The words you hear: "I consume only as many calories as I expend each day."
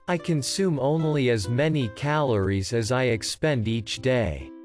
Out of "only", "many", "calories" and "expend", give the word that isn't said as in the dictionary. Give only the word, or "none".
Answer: none